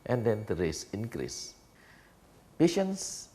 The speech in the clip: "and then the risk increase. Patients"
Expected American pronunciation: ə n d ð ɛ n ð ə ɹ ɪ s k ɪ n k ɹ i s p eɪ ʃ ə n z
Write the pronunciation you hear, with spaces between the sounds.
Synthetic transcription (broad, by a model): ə n d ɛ n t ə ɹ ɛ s ɪ n k ɹ i s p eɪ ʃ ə n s